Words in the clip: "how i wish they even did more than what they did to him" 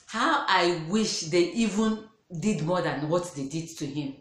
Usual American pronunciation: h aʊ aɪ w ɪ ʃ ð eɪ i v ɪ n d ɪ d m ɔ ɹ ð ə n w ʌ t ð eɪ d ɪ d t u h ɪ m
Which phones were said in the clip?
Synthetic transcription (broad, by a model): h aʊ aɪ w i ʃ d eɪ i v ɪ n d ɪ d m ɔ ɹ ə n w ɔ t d eɪ d ɪ d t u h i m